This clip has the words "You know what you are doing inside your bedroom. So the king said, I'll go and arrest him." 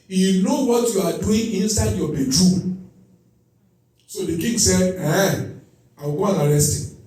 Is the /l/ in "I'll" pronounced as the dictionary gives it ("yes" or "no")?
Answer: no